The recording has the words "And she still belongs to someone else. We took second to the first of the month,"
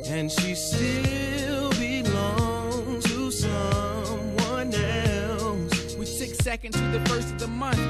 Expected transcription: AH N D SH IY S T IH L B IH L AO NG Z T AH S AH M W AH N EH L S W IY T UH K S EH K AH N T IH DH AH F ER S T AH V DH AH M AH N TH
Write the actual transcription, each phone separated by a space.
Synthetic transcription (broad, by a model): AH N SH IY S T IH L B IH L AO NG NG T AH S AH M W AH N EH L S W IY S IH K S EH K AH N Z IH DH AH F ER S T AH V DH AH M AH N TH